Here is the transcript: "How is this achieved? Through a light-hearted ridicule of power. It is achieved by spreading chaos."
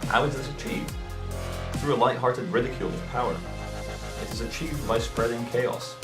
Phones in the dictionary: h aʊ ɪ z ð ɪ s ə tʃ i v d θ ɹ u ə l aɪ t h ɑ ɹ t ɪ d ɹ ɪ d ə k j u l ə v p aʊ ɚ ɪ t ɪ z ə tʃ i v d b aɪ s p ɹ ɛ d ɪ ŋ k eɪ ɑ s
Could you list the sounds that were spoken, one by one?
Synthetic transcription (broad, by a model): h aʊ ɪ z ð ɪ s ə tʃ i v d θ ɹ u ə l aɪ t h ɑ ɹ t ɪ d ɹ ɪ d ə k j u l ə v p aʊ ɚ ɪ t ɪ z ə tʃ i v d b aɪ s p ɹ ɛ d ɪ ŋ k eɪ ɑ s